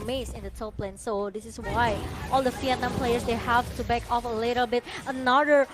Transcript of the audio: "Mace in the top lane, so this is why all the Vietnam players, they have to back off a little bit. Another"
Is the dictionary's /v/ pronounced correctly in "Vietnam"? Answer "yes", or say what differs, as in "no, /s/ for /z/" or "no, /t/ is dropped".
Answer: no, /f/ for /v/